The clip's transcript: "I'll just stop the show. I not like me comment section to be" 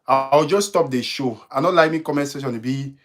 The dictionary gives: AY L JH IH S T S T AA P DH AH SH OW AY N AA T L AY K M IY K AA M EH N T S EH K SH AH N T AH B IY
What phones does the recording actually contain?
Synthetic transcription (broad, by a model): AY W JH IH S S T AA P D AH SH OW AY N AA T L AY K M IY K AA M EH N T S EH SH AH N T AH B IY